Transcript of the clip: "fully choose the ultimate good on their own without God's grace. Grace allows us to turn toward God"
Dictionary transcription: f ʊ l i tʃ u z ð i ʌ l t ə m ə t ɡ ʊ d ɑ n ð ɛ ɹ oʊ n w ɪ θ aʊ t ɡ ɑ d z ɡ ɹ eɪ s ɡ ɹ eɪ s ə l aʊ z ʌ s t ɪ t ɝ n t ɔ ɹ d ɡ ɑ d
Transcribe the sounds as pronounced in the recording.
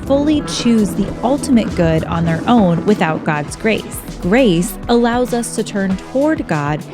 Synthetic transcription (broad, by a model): f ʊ l i tʃ u z ð i ʌ l t ə m ə t ɡ ʊ d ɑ n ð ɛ ɹ oʊ n w ɪ θ aʊ t ɡ ɑ d z ɡ ɹ eɪ s ɡ ɹ eɪ s ə l aʊ z ʌ s t ɪ t ɝ n t ɔ ɹ d ɡ ɑ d